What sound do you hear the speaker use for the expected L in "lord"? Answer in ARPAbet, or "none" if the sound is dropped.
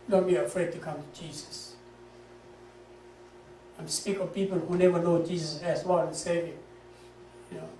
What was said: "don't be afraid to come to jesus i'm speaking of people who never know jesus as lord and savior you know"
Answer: W